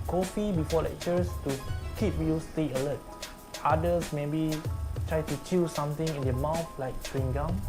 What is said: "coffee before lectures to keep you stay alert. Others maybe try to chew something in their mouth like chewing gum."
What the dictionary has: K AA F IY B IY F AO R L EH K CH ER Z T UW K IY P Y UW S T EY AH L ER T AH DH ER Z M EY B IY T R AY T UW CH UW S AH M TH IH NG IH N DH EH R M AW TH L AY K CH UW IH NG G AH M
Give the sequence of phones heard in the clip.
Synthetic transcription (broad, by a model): K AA F IY B IY F AO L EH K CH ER S T UW K IY P Y UW S T EY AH L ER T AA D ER S M EY B IY T R AY T UW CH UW S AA M T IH NG IH N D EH M AW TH L AY K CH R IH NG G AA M